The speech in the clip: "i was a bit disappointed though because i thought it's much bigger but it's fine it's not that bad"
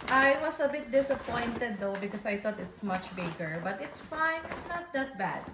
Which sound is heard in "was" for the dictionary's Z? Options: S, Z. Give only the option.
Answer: S